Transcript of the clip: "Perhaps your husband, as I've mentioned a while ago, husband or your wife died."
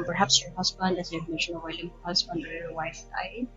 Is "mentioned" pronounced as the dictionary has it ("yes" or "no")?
no